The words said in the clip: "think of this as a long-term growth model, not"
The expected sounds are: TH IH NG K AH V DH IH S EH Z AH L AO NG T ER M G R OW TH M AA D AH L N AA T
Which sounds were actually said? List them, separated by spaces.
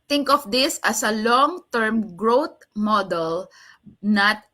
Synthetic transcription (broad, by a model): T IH NG K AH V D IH S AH S AH L AO NG T ER M G R OW T M AA D AH L N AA T